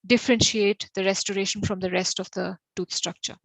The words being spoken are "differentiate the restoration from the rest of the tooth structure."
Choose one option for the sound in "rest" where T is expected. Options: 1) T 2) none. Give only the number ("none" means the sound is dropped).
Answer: 1